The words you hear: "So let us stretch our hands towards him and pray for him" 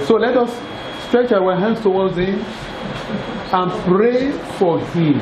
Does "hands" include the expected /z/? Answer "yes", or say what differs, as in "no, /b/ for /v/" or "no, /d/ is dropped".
no, /s/ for /z/